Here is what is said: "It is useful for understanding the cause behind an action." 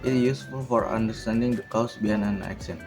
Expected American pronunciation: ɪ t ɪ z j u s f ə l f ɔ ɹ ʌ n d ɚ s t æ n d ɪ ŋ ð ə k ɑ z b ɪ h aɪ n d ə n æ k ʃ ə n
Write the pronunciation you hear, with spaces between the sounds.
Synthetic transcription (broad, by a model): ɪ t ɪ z j u s f ə l f ɔ ɹ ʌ n d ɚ s t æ n d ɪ ŋ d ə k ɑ s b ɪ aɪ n ə n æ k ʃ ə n